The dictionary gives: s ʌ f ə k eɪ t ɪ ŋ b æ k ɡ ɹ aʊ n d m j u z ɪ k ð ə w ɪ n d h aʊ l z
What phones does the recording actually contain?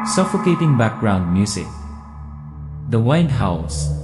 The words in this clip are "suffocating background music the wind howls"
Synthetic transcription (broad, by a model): s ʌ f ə k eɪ t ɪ ŋ b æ k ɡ ɹ aʊ n d m j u s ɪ k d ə w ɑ n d h aʊ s